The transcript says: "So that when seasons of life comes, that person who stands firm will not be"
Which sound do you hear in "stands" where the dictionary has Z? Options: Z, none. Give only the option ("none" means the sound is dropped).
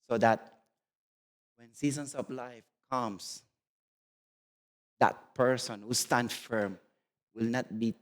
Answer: none